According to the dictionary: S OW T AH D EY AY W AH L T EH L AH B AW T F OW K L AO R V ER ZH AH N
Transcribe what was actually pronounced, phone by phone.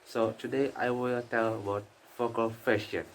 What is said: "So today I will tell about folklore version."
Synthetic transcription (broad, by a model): S OW T AH D EY AY W AH L T EH L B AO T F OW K AO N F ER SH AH N